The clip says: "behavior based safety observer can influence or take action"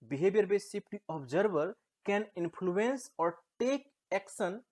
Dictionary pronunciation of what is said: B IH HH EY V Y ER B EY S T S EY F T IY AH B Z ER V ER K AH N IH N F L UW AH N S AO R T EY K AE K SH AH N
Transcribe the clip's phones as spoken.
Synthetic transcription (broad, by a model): B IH HH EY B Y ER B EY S S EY P T IY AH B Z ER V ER K AH N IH N P L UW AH N S AO R T EY K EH K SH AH N